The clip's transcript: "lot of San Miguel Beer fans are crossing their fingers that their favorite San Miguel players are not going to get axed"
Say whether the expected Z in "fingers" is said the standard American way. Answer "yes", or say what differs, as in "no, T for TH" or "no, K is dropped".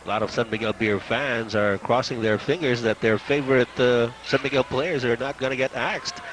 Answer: yes